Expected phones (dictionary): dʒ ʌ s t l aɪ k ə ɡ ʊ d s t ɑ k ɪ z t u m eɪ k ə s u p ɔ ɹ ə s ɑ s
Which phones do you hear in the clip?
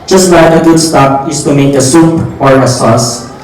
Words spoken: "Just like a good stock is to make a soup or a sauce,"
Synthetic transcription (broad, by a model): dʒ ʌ s t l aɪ ə ɡ ʊ d s t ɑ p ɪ s t u m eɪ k ə s u p ɔ ɹ ə s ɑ s